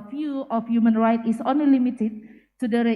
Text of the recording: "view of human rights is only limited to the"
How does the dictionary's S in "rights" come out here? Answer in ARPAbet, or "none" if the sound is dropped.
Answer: none